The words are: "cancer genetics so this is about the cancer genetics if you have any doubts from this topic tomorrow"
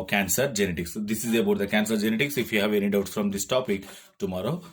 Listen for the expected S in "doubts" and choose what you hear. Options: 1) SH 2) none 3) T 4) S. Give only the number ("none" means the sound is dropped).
2